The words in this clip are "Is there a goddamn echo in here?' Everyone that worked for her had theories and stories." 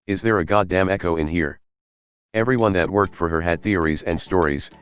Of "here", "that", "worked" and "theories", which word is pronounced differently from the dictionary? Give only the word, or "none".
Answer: none